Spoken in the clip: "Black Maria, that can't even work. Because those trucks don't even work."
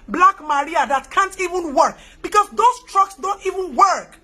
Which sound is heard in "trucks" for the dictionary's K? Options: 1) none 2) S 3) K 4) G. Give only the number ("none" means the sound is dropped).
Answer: 3